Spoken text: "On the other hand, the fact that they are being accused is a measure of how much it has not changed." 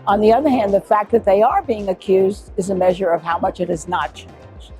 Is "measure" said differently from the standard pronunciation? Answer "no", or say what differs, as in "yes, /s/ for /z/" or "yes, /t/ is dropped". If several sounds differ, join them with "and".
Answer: no